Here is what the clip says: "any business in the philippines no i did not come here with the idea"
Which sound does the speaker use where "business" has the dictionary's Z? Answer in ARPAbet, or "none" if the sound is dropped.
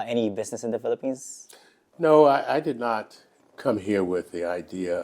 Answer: Z